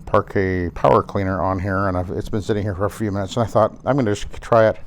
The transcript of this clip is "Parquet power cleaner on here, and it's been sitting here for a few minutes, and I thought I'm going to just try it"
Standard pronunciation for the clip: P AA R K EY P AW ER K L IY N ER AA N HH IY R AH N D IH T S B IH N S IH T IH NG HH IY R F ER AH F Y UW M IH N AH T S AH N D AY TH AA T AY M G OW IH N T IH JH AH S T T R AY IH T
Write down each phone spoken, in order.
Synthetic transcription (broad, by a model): P AA R K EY P AW ER K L IY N ER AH N HH IY R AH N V IH T S B IH N S IH T IH NG HH IY R F ER AH F Y UW M IH N AH T S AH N AY TH AA T AY M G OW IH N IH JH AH S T T R AY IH T